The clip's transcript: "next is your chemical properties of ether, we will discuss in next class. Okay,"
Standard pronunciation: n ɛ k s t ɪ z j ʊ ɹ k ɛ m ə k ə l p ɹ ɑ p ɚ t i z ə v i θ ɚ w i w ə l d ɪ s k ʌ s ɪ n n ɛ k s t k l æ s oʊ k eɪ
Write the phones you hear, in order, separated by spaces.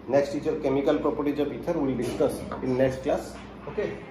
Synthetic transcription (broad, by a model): n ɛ k s t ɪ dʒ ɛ ɹ k ɛ m ə k ə l p ɹ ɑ p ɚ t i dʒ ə p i t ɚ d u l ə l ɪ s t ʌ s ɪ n n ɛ k s t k l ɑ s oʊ k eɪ